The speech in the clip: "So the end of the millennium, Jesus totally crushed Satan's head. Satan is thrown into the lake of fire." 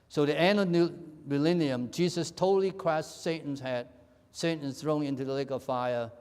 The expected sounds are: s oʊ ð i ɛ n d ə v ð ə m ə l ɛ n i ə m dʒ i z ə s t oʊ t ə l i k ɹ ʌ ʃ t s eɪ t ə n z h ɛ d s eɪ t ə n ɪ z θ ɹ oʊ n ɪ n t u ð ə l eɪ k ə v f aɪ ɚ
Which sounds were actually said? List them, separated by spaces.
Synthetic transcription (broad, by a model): s oʊ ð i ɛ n ə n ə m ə l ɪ n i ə m dʒ i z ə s t oʊ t l i k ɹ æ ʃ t s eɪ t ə n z h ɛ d s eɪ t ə n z θ ɹ oʊ n ɪ n t u ð ə l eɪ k ə v f aɪ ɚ